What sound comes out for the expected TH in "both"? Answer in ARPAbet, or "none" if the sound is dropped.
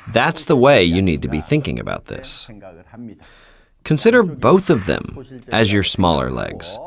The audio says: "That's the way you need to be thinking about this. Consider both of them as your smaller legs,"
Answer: TH